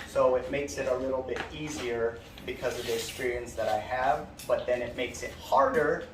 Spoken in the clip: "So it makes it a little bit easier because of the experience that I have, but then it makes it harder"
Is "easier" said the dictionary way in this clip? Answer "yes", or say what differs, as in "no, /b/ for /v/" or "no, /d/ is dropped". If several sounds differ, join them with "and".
yes